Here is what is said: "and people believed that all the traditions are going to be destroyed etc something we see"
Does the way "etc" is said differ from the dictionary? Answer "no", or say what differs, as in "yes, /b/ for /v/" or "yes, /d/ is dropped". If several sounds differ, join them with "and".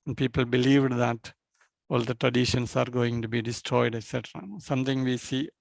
no